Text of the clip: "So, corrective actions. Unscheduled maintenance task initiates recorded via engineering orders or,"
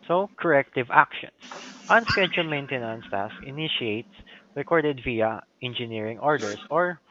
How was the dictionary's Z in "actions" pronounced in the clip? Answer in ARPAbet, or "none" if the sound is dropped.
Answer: S